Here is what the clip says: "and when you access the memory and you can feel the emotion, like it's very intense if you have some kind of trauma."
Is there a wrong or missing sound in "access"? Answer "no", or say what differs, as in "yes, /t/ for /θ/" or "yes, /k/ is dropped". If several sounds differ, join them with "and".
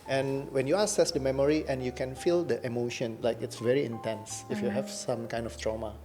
yes, /k/ is dropped